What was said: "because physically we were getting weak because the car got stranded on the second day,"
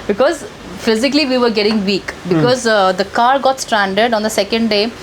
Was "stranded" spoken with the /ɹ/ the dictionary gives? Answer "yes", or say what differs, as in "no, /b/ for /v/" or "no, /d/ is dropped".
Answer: yes